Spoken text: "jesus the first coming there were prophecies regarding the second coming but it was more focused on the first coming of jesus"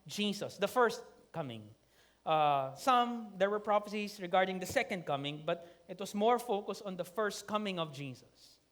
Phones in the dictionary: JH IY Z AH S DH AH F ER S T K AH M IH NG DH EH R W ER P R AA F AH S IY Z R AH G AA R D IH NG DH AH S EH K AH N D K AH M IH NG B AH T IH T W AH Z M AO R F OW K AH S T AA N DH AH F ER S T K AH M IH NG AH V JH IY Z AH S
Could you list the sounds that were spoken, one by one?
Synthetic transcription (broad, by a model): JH IY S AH S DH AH F ER S T K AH M IH NG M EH R W ER P R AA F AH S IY S R AH G AA R D IH NG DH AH S EH K AH N D K AH M IH NG B AH T IH T W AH S M AO R F OW K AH S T AA N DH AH F ER S T K AH M IH NG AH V JH IY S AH S